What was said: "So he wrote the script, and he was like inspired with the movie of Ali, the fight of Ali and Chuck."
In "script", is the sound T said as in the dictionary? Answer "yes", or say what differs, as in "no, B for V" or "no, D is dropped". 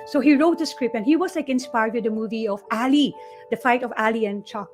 no, T is dropped